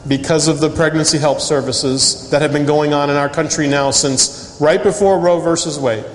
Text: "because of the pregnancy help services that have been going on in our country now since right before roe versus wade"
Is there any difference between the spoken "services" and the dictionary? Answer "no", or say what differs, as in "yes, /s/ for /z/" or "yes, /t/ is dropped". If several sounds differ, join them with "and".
no